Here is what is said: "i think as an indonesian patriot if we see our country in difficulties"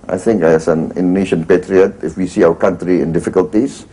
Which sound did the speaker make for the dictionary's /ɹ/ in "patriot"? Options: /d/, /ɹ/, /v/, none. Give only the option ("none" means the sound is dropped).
/ɹ/